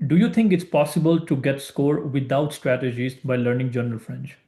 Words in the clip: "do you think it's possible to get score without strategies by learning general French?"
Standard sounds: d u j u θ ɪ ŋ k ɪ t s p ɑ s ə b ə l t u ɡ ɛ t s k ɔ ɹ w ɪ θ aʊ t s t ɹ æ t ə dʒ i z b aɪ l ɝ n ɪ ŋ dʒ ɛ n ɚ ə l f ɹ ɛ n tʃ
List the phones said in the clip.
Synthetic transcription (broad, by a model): d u j u t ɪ ŋ k ɪ t s p ɑ s ə b ə l t u ɡ ɛ t s k ɔ ɹ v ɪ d aʊ t s t ɹ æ t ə dʒ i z b aɪ l ɝ n ɪ ŋ dʒ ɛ n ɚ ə l f ɹ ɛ n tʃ